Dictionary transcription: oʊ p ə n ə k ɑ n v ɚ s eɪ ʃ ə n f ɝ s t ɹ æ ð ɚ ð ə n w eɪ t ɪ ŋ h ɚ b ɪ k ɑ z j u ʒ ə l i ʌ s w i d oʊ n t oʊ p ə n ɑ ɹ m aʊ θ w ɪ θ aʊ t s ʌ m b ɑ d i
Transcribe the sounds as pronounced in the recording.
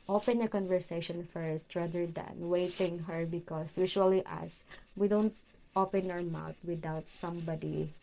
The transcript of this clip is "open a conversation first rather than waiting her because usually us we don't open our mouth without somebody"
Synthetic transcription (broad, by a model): oʊ p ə n ə k ɑ n v ɚ s eɪ ʃ ə n f ɝ s t ɹ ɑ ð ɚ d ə n w eɪ t ɪ ŋ h ɚ b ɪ k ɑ s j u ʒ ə l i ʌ s w i d oʊ n t oʊ p ə n ɑ ɹ m aʊ t w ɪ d aʊ t s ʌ m b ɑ d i